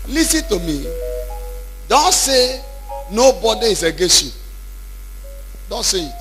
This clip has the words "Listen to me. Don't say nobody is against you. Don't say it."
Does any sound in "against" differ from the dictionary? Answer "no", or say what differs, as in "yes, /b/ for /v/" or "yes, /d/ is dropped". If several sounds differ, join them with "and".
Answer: yes, /n/ is dropped